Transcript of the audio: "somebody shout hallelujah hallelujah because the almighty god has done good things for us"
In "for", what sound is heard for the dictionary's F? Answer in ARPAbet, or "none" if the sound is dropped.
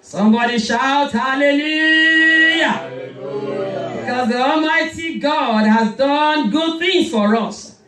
F